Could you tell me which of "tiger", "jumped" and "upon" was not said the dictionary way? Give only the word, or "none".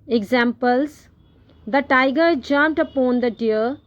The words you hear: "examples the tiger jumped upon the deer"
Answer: jumped